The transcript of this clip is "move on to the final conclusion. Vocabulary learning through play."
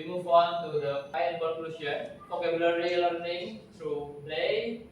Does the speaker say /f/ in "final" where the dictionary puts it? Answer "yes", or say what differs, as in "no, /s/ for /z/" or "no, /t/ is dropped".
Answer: no, /p/ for /f/